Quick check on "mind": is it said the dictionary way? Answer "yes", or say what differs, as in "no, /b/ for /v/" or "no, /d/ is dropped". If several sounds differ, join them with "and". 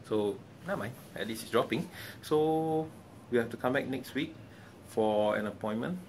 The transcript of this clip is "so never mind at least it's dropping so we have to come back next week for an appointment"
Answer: no, /d/ is dropped